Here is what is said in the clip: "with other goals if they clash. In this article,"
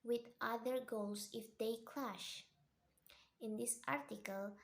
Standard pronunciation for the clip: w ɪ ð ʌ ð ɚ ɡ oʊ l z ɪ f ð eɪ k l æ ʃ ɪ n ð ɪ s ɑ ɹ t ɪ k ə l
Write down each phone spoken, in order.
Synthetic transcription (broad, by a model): w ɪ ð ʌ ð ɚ ɡ oʊ l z ɪ f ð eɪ k l æ ʃ ɪ n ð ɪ s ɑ ɹ t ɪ k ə l